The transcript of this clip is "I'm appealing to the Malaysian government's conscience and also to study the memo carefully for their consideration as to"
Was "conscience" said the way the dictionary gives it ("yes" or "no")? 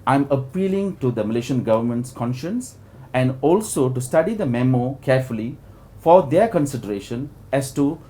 yes